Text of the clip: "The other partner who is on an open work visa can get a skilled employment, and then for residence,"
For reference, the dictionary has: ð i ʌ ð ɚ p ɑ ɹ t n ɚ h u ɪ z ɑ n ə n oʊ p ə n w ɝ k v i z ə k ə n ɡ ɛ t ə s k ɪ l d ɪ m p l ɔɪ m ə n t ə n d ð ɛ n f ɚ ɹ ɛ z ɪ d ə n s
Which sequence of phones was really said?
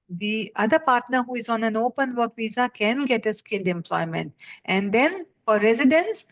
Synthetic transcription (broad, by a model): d i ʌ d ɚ p ɑ ɹ t n ɚ h u ɪ z ɑ n ə n oʊ p ə n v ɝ k v i z ə k ə n ɡ ɛ t ə s k ɪ l d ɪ m p l ɔɪ m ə n t ə n d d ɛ n f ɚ ɹ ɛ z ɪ d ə n s